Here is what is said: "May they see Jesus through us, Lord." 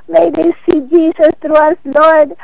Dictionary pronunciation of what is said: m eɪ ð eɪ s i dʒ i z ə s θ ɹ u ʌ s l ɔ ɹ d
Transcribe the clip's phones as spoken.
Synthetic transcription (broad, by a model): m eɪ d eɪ s i dʒ i s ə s t ɹ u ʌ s l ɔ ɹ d